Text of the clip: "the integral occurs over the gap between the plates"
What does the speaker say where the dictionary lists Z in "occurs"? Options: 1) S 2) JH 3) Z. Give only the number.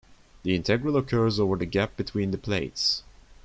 3